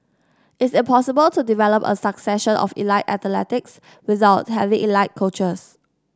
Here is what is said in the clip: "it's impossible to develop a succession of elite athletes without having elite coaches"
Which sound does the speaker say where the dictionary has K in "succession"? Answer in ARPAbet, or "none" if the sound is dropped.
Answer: K